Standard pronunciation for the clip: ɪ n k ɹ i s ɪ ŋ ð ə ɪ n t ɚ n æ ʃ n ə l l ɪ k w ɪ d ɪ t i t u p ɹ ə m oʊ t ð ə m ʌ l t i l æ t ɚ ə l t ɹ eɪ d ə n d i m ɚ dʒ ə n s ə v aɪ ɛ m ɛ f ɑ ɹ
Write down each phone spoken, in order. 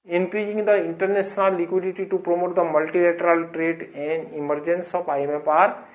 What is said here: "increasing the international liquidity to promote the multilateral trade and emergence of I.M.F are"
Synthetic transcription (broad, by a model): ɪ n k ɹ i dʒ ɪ ŋ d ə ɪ n t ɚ n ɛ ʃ n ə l l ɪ k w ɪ d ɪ t i t u p ɹ ə m oʊ t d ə m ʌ l t i l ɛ t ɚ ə l t ɹ eɪ d ə n d i m ɚ dʒ ə n s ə p aɪ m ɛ p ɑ ɹ